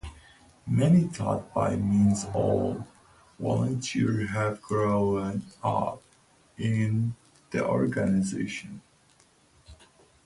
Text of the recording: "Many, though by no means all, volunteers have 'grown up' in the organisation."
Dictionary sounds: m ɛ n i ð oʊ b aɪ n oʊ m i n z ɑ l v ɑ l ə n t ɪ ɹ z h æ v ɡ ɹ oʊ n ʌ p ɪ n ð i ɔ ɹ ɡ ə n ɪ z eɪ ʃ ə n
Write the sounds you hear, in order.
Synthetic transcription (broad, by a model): m ɛ n i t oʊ b aɪ m i n z ɑ l w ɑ l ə n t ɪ ɹ h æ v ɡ ɹ oʊ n ʌ p ɪ n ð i ɔ ɹ ɡ ə n ɪ z eɪ ʃ ə n